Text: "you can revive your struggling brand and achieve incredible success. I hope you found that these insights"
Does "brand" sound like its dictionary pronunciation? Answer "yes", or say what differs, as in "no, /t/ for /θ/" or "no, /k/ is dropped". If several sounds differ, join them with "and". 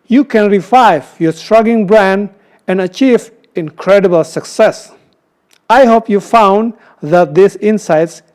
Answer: yes